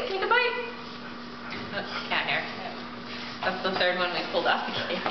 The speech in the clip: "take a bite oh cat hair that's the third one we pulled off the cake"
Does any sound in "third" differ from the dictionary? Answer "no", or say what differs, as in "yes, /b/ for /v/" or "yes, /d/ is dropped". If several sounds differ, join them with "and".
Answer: no